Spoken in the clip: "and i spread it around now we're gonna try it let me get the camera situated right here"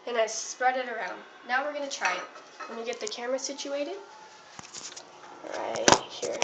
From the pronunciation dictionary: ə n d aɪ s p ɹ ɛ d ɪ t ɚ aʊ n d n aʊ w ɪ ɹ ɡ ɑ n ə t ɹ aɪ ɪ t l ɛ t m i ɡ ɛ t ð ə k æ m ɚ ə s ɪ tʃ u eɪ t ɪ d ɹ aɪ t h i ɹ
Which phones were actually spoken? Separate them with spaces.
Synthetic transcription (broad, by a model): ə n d aɪ s p ɹ ɛ d ɪ t ɚ aʊ n d n aʊ w ɪ ɹ ɡ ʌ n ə t ɹ aɪ ɪ t w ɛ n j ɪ ɡ ɛ t ð ə k æ m ɚ ə s ɪ tʃ u eɪ t ɪ d ɹ aɪ t h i ɹ